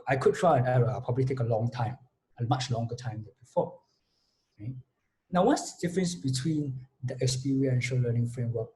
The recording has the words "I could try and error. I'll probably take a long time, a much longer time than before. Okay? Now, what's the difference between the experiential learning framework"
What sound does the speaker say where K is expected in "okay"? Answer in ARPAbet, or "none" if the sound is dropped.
none